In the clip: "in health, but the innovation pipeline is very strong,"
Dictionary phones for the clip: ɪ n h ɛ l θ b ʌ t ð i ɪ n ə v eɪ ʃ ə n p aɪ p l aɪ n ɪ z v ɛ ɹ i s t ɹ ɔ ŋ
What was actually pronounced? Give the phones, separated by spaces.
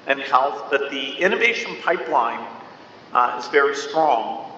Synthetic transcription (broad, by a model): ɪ n h ɛ l θ b ʌ t ð i ɪ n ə v eɪ ʃ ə n p aɪ p l aɪ n ɪ z v ɛ ɹ i s t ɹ ɔ ŋ